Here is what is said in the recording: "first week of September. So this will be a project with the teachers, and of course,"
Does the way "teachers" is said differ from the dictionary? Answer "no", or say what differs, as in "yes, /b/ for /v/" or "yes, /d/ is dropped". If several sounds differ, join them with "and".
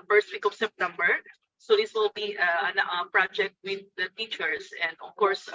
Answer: yes, /s/ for /z/